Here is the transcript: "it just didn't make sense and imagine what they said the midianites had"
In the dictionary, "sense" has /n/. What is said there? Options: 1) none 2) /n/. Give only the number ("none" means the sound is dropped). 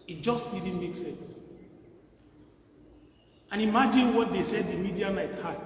2